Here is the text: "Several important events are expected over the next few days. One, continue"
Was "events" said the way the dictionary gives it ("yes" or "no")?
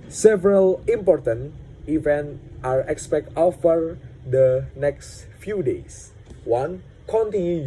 no